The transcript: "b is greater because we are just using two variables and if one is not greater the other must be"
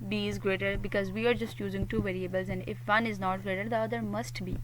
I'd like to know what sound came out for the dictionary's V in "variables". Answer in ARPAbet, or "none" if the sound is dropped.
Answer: V